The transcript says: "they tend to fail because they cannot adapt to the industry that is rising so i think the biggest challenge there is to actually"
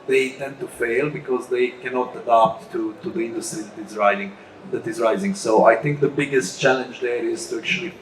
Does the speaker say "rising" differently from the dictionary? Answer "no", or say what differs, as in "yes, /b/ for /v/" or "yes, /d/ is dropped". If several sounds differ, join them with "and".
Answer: no